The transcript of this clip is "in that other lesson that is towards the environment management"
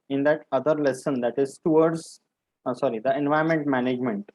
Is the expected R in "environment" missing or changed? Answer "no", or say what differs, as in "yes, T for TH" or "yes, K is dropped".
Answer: yes, R is dropped